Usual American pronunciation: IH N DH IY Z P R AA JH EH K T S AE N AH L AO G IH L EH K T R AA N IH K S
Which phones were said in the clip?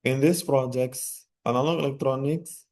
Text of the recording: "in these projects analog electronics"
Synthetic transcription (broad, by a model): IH N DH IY S P R AA JH EH K T S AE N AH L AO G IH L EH K T R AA N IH K S